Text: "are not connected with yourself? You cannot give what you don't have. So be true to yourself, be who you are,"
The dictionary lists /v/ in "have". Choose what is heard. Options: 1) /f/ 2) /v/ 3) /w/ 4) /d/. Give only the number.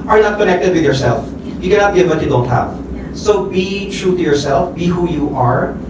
1